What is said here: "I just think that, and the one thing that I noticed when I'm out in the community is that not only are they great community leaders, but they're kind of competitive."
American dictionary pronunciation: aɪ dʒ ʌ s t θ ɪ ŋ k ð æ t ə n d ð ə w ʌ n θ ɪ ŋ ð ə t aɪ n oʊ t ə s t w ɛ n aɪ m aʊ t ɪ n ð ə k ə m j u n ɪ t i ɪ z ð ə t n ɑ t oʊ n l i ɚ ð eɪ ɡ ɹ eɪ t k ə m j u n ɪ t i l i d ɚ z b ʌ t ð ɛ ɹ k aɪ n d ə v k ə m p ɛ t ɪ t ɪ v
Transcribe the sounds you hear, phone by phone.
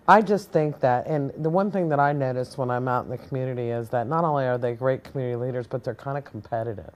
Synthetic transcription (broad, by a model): aɪ dʒ ʌ s t θ ɪ ŋ k ð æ t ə n ð ə w ʌ n θ ɪ ŋ ð ə t aɪ n oʊ t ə s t w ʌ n aɪ m aʊ t n ð ə k m j u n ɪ t i ɪ z ð ə t n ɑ t oʊ n l i ɚ ð eɪ ɡ ɹ eɪ t k m j u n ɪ t i l i d ɚ z b ʌ t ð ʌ ɹ k aɪ n d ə k m p ɛ t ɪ t ɪ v